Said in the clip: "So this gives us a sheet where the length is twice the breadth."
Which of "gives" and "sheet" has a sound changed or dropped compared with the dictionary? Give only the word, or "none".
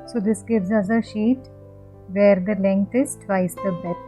none